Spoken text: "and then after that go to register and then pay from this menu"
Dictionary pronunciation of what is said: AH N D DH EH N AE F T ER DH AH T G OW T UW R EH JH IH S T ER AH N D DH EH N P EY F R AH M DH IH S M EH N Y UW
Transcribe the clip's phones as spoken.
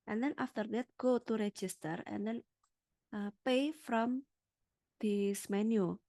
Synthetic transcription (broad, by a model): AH N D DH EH N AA F T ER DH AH T G OW T UW R EH JH IH S T ER AH N D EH N P EY F R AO M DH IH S M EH N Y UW